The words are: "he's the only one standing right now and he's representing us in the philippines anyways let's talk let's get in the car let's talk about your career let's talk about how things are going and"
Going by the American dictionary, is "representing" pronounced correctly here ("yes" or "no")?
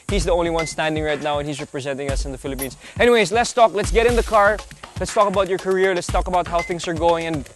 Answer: yes